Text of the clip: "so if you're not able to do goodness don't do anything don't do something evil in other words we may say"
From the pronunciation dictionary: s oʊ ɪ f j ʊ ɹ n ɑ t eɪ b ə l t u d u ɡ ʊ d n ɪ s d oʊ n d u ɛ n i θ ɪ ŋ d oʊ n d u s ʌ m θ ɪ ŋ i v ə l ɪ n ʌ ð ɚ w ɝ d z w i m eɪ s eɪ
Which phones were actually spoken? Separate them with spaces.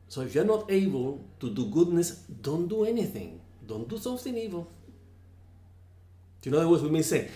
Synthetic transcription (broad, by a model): s oʊ ɪ f j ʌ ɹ n ɑ t eɪ b ə l t u d u ɡ ʊ d n ɪ s d oʊ n d u ɛ n i θ ɪ ŋ d oʊ n d u s ʌ m θ ɪ ŋ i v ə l ɪ n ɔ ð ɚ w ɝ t w i m eɪ s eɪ